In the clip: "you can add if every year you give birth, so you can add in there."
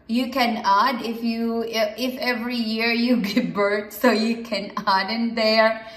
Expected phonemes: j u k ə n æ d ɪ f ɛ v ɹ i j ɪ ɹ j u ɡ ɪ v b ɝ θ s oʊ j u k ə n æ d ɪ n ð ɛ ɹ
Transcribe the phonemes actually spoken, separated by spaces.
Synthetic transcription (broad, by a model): j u k ə n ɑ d ɪ f ɛ v ɹ i j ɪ ɹ j u ɡ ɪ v b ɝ t s oʊ j u k ə n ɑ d ɪ n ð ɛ ɹ